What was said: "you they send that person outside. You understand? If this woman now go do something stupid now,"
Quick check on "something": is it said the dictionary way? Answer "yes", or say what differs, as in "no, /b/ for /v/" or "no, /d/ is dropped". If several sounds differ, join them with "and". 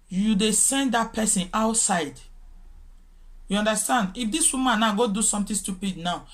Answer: no, /t/ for /θ/